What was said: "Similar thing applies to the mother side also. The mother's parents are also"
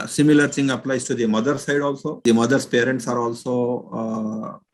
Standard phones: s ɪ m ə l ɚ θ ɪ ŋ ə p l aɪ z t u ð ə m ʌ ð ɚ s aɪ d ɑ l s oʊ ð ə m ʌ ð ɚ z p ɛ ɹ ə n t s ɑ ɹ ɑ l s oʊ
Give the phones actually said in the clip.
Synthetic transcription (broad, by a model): s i m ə l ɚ s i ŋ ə p l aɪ s t u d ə m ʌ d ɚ s aɪ d ɑ l s oʊ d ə m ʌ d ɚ s p ɛ ɹ ə n t s ɑ ɹ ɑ l s oʊ